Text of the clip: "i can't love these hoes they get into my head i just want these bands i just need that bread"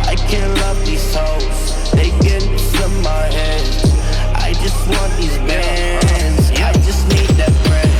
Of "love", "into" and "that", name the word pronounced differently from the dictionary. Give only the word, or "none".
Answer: into